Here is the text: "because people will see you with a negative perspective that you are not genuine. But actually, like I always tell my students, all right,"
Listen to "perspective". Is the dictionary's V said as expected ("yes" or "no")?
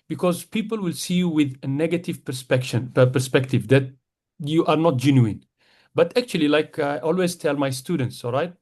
yes